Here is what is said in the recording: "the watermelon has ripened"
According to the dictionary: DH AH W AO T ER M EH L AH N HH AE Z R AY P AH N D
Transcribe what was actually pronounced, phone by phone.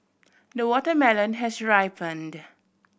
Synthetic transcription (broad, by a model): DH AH W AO T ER M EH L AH N HH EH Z R AY P AH N D